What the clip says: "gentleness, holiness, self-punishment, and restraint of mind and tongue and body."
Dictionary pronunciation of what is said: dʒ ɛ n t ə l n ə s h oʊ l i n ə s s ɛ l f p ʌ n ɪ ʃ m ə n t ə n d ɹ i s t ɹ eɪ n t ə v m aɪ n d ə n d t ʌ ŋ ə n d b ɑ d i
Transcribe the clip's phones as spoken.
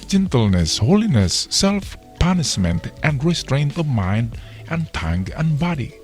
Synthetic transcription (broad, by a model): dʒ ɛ n t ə l n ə s h oʊ l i n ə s s ɛ l f p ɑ n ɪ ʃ m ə n t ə n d ɹ i s t ɹ eɪ n t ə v m aɪ n d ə n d t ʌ ŋ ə n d b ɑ d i